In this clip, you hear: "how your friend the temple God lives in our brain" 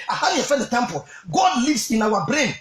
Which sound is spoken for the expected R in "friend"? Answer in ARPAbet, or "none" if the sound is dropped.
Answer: none